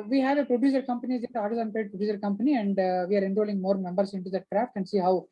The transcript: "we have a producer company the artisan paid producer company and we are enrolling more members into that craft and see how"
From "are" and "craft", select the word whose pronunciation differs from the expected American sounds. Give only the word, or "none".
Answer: none